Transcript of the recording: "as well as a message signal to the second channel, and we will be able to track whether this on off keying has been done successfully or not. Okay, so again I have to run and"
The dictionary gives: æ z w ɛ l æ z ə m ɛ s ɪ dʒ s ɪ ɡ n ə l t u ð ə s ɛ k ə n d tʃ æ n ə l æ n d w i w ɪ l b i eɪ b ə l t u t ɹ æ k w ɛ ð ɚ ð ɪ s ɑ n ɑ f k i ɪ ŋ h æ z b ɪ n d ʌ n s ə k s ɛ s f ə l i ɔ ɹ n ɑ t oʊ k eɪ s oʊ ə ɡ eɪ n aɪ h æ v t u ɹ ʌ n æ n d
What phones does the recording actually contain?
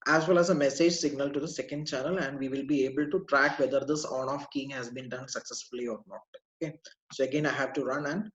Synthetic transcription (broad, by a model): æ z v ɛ l æ z ə m ɛ s ɪ dʒ s ɪ ɡ n ə l t u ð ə s ɛ k ə n d tʃ æ n ə l æ n d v i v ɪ l b i eɪ b ə l t u t ɹ æ k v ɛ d ɚ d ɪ s ɑ n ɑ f k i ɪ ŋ h æ z b ɪ n d ʌ n s ə k s ɛ s f ə l i ɔ ɹ n ɑ t oʊ k eɪ s oʊ ə ɡ eɪ n aɪ h æ v t u ɹ ʌ n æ n d